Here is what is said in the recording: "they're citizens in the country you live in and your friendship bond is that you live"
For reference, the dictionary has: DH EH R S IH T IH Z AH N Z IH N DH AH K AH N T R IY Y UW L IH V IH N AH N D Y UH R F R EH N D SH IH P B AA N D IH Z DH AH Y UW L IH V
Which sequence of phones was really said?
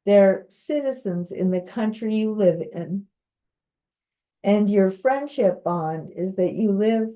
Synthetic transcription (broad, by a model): DH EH R S IH T IH Z AH N Z IH N DH AH K AH N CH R IY Y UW L IH V IH N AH N Y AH R F R EH N D SH IH P B AA N D IH Z DH AH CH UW L IH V